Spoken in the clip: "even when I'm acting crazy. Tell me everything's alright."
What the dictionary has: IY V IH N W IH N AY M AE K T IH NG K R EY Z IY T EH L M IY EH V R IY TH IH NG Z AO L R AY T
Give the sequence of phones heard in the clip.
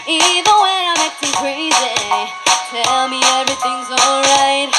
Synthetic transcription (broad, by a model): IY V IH N W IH AY M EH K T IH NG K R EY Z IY T EH L M IY EH V R IY TH IH NG Z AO L R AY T